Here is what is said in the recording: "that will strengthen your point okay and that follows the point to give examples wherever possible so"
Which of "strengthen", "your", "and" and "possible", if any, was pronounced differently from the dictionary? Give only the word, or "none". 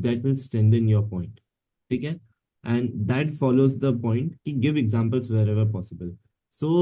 strengthen